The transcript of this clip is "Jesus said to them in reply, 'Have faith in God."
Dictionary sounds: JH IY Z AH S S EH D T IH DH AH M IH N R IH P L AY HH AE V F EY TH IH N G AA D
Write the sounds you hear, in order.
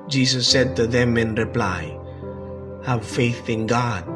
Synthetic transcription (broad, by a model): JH IY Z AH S S EH D T IH DH AH M IH N R IH P L AY HH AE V F EY TH IH N G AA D